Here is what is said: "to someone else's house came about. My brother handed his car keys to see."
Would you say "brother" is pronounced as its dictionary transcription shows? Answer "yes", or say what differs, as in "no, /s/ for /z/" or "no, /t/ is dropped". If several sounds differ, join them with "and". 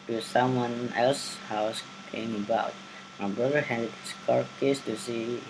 no, /ɹ/ is dropped